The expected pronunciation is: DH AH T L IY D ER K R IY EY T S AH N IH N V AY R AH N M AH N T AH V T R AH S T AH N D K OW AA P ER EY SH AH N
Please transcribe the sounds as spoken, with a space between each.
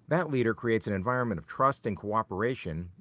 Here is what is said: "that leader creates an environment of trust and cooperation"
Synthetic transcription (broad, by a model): DH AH T L IY D ER K R IY EY T S AH N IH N V AY R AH N M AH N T AH V T R AH S T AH N K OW AA P ER EY SH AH N